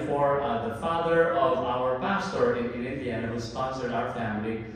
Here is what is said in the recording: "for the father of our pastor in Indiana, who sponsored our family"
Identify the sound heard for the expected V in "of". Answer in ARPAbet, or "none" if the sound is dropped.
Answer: V